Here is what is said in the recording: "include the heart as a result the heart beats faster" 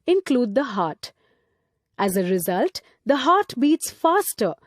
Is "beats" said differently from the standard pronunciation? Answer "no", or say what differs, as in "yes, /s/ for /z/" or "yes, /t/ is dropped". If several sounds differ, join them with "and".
no